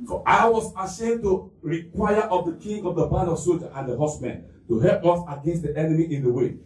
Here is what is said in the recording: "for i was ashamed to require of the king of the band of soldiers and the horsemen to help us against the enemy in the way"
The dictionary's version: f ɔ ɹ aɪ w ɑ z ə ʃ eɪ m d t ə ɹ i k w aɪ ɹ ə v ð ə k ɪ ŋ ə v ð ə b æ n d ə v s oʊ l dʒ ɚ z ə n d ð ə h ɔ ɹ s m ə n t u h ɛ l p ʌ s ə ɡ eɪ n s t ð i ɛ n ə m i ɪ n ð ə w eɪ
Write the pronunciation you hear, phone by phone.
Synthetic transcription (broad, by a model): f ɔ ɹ aɪ w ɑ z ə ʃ eɪ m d t ə ɹ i k w aɪ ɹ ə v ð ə k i ŋ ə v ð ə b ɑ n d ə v s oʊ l dʒ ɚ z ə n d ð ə h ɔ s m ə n t u h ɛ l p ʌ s ə ɡ eɪ n s t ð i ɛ n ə m i ɪ n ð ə w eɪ